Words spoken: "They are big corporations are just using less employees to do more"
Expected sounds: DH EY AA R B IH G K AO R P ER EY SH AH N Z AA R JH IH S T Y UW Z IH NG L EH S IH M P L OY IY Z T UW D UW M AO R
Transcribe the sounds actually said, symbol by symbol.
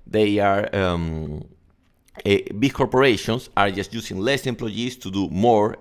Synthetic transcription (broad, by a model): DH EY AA R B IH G K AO R P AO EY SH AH N S AA R JH IH S T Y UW S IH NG L EH S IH M P L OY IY S T UW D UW M AO R